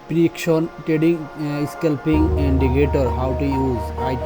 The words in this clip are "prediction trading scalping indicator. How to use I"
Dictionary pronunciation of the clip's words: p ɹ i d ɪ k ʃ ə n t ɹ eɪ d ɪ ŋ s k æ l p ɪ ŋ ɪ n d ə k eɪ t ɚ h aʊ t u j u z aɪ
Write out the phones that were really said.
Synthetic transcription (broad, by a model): p ɹ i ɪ k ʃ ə n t eɪ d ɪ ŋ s k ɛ l p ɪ ŋ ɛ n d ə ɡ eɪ t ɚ h aʊ t u j u z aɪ